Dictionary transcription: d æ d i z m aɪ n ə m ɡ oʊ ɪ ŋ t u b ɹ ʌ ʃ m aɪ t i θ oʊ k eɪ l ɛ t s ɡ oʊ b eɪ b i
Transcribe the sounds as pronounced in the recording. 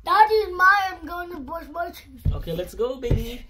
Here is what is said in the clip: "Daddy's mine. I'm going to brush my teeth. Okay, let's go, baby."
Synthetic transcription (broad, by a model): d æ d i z m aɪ ə m ɡ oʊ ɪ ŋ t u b ɔ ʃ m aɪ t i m oʊ k eɪ l ɛ t s ɡ oʊ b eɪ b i